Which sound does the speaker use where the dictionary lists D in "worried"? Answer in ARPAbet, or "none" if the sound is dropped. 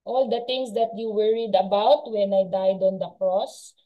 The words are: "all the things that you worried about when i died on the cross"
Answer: D